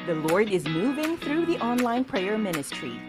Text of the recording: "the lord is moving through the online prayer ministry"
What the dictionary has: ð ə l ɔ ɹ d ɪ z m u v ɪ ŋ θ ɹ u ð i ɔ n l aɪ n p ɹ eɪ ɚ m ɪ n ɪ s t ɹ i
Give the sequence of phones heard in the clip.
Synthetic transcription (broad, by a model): ð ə l ɔ ɹ d ɪ z m u v ɪ ŋ θ ɹ u ð i ɔ n l aɪ n p ɹ eɪ ɚ m ɪ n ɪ s t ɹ i